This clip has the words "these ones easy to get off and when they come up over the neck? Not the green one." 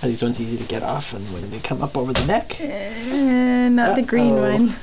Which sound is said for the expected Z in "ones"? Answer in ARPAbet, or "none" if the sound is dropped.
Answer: S